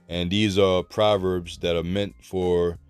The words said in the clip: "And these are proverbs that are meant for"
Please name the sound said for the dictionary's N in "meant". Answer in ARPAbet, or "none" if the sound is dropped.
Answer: N